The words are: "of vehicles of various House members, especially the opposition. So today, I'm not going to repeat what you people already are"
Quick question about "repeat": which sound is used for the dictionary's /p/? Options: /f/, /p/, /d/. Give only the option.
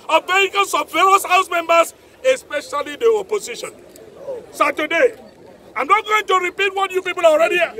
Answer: /p/